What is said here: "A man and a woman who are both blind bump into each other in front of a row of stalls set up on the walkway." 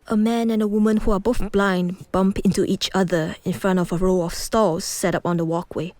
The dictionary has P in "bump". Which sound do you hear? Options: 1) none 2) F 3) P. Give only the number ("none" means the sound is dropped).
3